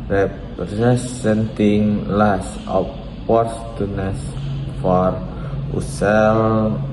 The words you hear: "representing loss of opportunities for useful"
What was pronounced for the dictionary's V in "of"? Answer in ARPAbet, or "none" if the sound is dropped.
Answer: P